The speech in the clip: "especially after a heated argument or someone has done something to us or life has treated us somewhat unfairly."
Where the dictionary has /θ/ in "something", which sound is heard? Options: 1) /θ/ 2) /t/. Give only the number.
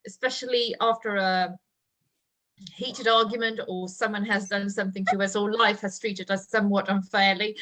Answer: 1